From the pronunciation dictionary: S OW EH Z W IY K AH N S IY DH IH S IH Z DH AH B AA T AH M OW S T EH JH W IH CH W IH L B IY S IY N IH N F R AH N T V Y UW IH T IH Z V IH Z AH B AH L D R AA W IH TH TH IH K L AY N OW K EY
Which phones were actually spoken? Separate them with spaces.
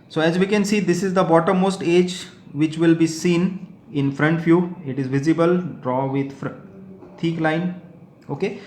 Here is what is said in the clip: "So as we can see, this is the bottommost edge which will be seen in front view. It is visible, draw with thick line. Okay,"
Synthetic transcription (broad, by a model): S OW EH Z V IY K AH N S IY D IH S IH Z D AH B AA T AH M OW S T EH JH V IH CH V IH L B IY S IY N IH N F R AH N T F Y UW IH T IH Z V IH Z AH B AH L D R AA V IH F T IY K L AY N OW K EY